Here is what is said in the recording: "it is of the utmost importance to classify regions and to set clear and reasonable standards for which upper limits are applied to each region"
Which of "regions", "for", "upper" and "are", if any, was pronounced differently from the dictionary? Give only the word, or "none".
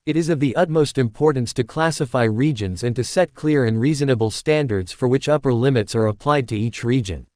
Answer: none